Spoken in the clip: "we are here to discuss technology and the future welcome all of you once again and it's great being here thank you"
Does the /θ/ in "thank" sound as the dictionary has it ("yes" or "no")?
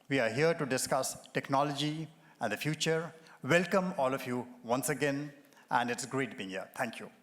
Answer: no